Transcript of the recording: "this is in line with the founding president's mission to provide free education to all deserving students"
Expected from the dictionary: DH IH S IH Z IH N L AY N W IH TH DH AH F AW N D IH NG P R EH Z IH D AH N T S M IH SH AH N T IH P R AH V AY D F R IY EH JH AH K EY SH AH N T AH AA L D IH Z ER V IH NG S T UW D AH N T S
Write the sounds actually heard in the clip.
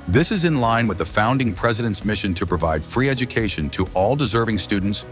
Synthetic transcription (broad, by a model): DH IH S IH Z IH N L AY N W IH DH AH F AW N D IH NG P R EH Z IH D AH N T S M IH SH AH N T IH P R AH V AY D F R IY EH JH AH K EY SH AH N T AH AA L D IH Z ER V IH NG S T UW D N T S